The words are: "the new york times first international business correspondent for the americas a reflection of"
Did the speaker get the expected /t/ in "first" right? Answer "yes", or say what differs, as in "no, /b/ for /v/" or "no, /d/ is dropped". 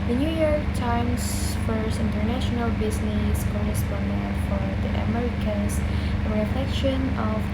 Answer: no, /t/ is dropped